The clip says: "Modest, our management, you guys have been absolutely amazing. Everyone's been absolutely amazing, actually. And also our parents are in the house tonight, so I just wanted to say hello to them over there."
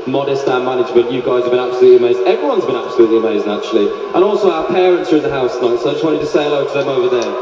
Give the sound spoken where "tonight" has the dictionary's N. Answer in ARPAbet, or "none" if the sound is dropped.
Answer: none